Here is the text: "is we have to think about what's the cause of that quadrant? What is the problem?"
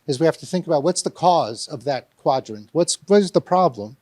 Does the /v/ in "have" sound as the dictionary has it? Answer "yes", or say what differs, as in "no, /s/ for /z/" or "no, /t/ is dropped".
no, /f/ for /v/